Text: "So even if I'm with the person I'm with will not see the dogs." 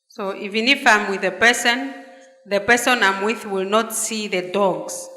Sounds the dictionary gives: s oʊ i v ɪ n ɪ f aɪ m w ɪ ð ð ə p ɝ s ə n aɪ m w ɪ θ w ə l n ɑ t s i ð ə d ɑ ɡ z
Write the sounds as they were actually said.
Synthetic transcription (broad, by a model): s oʊ i v ɪ n ɪ f aɪ m w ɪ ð ð ə p ɝ s ə n aɪ m w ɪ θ w ə l n ɑ t s i ð ə d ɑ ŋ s